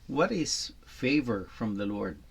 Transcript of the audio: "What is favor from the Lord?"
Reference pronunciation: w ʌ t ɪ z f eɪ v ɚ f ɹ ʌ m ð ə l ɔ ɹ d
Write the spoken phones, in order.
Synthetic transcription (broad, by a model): w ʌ t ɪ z f eɪ v ɚ f ɹ ʌ m ð ə l ɔ ɹ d